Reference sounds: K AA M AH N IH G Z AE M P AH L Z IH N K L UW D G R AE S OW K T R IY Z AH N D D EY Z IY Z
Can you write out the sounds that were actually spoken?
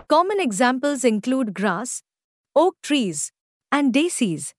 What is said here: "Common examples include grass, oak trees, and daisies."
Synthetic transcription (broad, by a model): K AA M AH N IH G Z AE M P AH L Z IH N K L UW D G R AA S OW K T R IY Z AH N D D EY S IY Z